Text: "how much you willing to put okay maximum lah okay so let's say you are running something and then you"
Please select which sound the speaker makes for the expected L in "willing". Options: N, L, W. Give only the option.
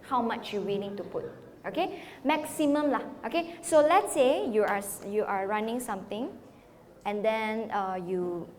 N